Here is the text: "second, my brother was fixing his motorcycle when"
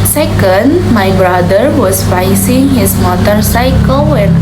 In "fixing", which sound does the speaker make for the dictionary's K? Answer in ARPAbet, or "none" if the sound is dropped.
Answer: none